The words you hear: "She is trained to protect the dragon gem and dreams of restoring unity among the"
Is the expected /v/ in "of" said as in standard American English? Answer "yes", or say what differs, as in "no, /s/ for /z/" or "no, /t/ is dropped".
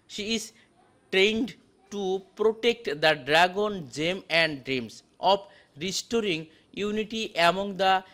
no, /p/ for /v/